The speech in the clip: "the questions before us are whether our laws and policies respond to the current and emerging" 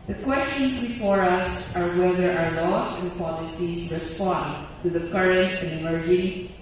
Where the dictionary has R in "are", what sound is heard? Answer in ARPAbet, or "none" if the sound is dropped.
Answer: R